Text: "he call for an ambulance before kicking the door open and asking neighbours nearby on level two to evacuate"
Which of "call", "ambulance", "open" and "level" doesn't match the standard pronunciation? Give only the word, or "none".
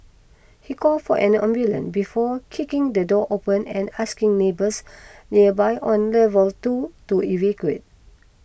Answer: ambulance